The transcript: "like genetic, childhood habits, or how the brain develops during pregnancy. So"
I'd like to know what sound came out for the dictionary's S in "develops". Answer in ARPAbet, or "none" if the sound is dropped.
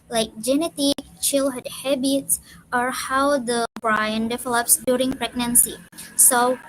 S